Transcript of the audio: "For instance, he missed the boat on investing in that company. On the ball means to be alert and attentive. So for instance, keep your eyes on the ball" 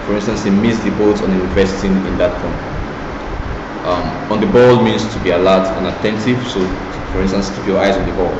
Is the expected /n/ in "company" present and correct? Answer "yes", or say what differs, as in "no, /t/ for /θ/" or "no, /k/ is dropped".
no, /n/ is dropped